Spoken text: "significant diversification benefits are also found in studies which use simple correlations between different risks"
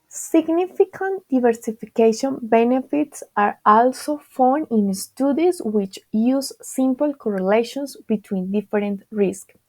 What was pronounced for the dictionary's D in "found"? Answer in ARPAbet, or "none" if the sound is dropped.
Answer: none